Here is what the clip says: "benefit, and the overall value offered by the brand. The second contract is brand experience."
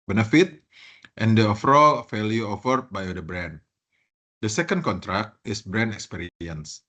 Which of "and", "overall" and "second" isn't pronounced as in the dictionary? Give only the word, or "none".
overall